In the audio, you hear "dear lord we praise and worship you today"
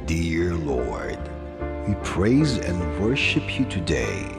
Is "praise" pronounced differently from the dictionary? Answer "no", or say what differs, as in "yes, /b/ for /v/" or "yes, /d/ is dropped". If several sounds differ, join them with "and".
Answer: no